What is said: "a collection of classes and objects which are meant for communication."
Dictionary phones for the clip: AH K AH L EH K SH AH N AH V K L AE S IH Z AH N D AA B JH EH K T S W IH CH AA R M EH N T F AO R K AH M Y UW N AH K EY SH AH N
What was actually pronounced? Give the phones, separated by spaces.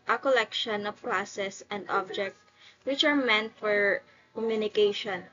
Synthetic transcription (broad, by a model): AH K AH L EH K SH AH N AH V K L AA S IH S AH N D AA B JH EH K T W IH CH AA R M EH N T F AO R K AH M Y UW N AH K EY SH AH N